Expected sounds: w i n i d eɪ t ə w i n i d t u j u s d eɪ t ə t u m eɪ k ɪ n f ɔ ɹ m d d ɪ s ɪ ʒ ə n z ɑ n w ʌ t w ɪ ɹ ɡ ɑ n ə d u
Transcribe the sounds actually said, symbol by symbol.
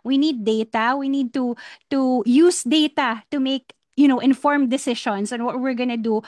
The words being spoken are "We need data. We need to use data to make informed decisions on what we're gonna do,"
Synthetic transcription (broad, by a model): w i n i d eɪ t ə w i n i d t u j u s d eɪ t ə t u m eɪ k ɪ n f ɔ ɹ m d d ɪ s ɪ ʃ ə n s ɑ n w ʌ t w ɪ ɹ ɡ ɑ n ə d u